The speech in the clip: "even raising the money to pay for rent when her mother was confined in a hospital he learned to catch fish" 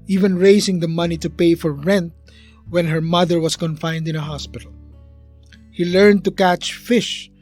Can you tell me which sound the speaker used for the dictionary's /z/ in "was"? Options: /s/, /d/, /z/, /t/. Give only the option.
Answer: /s/